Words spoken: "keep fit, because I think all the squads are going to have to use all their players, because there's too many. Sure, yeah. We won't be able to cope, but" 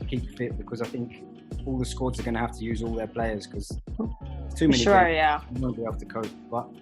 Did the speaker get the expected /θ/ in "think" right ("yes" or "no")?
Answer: yes